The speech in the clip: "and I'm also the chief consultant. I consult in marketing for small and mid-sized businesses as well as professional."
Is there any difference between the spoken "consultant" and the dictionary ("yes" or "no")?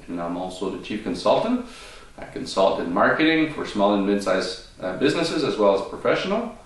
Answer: no